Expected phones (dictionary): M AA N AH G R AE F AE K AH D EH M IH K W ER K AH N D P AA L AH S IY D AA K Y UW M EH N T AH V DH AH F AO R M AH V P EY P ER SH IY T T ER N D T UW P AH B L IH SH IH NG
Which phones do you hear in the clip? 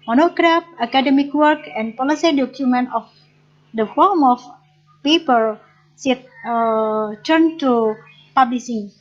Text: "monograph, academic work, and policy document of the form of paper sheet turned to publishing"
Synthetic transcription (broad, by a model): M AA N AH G R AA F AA K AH D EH M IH K W ER K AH N P AA L AH S IY D AA K Y UW M EH N T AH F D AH F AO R M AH F P EY P ER S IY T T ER N T UW P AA B L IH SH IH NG